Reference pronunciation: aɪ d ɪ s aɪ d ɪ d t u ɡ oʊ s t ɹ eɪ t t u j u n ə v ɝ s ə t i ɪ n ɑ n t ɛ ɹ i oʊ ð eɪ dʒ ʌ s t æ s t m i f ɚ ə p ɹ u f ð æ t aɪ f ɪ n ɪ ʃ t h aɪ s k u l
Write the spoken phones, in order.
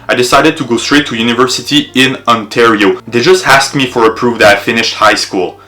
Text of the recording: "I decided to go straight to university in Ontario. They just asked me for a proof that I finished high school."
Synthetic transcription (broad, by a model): aɪ d ɪ s aɪ d ɪ d t u ɡ oʊ s t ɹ eɪ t t u j u n ə v ɝ s ə t i ɪ n ɑ n t ɛ ɹ i oʊ ð eɪ dʒ ʌ s t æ s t m i f ɚ ə p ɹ u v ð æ t aɪ f ɪ n ɪ ʃ t h aɪ s k u l